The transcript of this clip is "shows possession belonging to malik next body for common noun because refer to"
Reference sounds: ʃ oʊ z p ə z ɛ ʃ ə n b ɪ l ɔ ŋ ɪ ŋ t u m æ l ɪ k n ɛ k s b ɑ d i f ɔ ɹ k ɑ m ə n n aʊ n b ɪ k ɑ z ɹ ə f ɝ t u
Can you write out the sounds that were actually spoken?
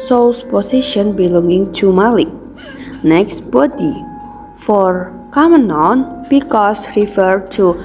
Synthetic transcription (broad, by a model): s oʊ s p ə s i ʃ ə n b ɪ l ɔ ŋ ɪ ŋ t u m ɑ l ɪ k n ɛ k s b ɑ d i f ɔ ɹ k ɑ m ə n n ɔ n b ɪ k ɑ s ɹ ə f ɝ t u